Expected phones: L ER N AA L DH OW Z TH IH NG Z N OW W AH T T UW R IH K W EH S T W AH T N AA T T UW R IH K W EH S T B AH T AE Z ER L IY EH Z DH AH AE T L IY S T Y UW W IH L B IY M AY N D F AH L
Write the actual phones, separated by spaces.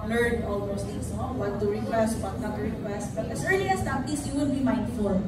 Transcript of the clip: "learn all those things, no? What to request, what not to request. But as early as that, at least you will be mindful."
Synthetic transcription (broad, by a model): L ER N AA L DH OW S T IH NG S N OW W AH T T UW R IH K W EH S T W AH T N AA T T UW R IH K W EH S T B AH T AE S ER L IY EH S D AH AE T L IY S Y UW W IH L B IY M AY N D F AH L